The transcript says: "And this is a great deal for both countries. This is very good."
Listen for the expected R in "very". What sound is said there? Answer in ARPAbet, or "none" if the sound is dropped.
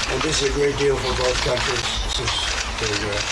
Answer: none